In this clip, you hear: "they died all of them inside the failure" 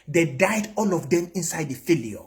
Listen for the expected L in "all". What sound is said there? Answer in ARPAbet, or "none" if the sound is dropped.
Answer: L